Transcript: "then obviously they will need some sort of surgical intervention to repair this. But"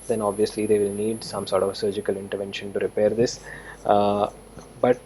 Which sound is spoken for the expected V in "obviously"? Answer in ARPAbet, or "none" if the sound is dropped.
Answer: V